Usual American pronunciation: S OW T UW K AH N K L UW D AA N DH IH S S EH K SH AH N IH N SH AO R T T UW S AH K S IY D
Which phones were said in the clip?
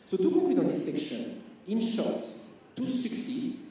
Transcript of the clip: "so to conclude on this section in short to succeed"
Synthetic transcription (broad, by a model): S OW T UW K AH K W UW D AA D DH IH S S EH K SH AH N IH N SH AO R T T UW S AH K S IY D